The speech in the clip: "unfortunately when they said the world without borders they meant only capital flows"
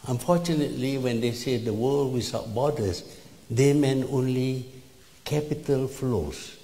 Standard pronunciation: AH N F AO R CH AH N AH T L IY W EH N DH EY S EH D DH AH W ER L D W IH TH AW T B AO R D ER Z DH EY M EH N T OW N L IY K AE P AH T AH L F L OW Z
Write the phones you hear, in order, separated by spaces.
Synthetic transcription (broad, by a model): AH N F AO CH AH N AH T L IY W EH N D EY S EH D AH W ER L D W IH S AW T B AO D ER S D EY M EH N OW N L IY K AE P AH T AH L F L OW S